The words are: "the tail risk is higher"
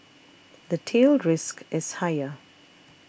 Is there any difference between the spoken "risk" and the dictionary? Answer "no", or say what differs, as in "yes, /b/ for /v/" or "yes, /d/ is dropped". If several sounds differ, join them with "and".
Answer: no